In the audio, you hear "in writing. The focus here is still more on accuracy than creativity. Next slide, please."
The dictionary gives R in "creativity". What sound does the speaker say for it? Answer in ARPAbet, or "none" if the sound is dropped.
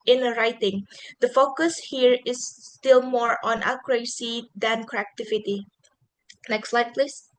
none